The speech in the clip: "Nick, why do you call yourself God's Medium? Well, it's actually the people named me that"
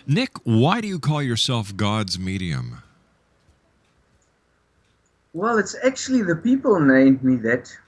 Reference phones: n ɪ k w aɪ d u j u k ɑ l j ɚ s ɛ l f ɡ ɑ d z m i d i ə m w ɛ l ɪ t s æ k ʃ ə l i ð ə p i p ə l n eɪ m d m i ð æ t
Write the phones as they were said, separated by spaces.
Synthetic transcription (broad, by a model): n ɪ k w aɪ d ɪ j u k ɑ l j ɚ s ɛ l f ɡ ɑ d z m i d i ə m w ɛ l ɪ t s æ k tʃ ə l i ð ə p i p ə l n eɪ m d m i ð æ t